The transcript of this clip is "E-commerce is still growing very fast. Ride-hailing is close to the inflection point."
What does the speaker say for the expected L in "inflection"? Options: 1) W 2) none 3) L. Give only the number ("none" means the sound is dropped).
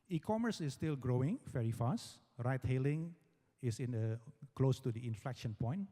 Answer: 3